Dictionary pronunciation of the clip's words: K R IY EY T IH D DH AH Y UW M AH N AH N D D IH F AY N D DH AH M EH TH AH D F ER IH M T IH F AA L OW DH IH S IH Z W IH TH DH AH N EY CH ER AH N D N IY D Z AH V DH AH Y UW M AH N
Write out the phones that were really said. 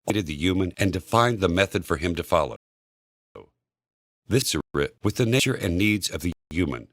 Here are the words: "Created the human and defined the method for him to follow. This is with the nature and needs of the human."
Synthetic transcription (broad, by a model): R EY T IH D DH AH Y UW M AH N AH N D D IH F AY N DH AH M EH TH AH D F ER IH M T IH F AA L OW DH IH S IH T W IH DH AH N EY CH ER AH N N IY D Z AH V DH AH Y UW M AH N